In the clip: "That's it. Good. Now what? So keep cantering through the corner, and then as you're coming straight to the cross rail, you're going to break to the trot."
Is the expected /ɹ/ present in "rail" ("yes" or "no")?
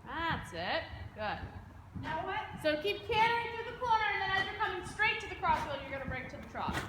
no